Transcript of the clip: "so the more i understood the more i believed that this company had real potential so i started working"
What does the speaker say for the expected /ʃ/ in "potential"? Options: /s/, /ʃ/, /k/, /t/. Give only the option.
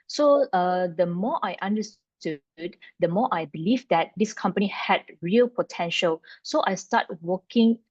/ʃ/